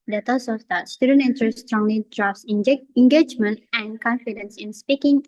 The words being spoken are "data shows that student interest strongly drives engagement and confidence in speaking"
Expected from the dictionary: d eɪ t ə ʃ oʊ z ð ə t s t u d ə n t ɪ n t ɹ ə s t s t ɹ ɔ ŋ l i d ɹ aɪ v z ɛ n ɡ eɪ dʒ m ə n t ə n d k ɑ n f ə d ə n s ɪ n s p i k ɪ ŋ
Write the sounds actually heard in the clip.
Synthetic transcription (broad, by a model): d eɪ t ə s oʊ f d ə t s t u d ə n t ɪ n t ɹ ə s s t ɹ ɔ ŋ l i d ɹ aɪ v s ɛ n ɡ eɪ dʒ m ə n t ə n k ɑ n f ə d ə n s ɪ n s p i k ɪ ŋ